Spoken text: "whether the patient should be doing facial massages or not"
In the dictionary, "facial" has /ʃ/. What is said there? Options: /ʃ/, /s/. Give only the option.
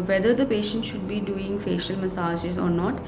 /ʃ/